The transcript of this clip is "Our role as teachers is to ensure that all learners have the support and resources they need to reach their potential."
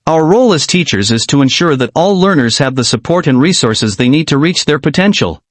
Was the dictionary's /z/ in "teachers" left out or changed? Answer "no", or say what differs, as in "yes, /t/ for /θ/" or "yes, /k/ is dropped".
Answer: no